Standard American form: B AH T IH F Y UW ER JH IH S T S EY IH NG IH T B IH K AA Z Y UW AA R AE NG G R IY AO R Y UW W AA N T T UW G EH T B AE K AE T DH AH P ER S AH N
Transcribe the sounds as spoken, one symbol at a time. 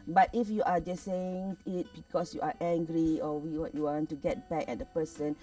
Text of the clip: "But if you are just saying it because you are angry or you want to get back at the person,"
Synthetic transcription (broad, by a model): B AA T IH F Y UW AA JH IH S S EY IH NG IH T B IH K AA S Y UW AA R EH NG G R IY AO W Y UW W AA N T T UW G EH T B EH K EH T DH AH P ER S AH N